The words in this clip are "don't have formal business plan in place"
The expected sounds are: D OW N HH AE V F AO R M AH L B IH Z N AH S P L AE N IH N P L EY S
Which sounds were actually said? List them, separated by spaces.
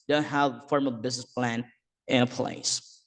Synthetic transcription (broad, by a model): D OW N HH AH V F AO R M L B IH Z N AH S P L AE N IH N P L EY S